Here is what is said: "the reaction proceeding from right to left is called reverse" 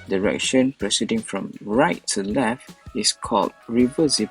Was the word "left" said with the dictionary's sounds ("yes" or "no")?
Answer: yes